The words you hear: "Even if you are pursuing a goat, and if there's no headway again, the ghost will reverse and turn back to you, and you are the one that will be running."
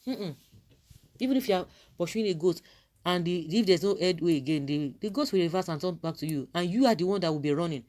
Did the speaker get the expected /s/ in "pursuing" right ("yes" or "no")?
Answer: no